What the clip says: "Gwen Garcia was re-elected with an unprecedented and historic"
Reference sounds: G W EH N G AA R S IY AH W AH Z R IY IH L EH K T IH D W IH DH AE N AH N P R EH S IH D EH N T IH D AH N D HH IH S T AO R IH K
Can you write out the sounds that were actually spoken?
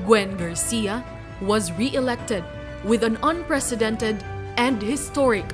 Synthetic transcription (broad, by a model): G W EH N G AA R S IY AH W AH Z R IY IH L EH K T IH D W IH DH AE N AH N P R EH S IH D EH N T IH D AH N D HH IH S T AO R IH K